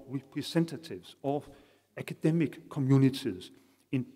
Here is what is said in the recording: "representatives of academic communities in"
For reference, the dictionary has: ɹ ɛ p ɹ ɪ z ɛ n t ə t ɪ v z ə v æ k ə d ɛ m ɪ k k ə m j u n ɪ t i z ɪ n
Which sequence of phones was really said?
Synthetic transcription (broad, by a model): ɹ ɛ p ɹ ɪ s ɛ n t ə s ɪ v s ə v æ k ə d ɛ m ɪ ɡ k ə m j u n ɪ s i s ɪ n